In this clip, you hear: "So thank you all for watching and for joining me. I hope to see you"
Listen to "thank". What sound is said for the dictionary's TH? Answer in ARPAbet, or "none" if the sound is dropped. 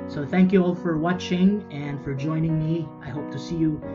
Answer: TH